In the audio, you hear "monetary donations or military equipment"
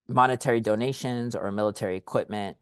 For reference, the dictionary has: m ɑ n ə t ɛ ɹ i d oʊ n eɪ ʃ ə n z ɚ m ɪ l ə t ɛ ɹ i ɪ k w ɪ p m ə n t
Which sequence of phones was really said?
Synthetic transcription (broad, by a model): m ɑ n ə t ɛ ɹ i d oʊ n eɪ ʃ ə n z ɚ m ɪ l ə t ɛ ɹ i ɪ k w ɪ p m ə n t